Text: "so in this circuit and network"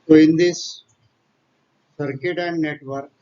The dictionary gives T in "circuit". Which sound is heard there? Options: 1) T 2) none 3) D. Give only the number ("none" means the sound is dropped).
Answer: 1